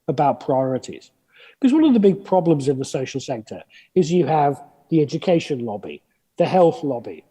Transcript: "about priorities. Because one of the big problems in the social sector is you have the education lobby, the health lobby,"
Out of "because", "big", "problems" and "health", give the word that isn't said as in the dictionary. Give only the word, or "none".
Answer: none